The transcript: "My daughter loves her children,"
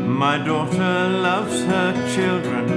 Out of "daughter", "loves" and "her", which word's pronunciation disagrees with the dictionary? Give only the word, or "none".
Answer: none